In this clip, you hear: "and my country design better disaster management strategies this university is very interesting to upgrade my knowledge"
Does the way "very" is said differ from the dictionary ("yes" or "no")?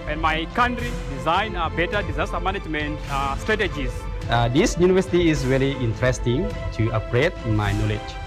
yes